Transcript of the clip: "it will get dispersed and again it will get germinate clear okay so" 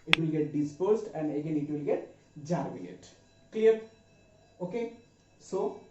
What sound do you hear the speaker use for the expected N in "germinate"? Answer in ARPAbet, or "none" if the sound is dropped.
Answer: L